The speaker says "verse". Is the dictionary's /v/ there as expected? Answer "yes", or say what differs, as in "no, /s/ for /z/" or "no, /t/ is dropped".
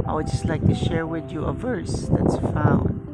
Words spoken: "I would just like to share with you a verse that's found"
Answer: yes